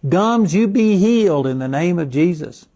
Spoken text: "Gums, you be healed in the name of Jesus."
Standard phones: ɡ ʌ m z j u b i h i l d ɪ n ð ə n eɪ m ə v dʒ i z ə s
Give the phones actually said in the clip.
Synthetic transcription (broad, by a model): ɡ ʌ m z j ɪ b i h i l d ɪ n ð ə n eɪ m ə v dʒ i z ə s